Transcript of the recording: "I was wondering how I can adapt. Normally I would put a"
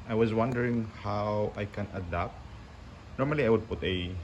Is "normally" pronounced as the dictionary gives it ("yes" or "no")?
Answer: yes